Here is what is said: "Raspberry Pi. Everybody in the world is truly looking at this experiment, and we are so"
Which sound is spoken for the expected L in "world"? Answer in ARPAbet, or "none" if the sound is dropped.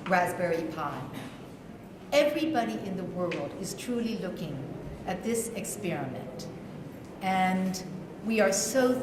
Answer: L